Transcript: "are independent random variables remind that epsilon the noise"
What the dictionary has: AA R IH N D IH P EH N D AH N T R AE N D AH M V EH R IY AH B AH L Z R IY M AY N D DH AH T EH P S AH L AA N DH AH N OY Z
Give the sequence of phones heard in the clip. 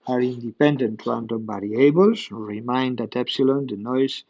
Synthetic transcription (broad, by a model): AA R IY N D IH P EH N D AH N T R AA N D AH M B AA R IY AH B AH L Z R IY M AY N D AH T EH P S AH L AA N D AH N OY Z